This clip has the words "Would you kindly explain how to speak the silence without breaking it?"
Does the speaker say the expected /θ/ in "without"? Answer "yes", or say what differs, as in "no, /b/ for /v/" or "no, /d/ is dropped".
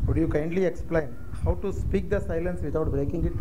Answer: no, /t/ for /θ/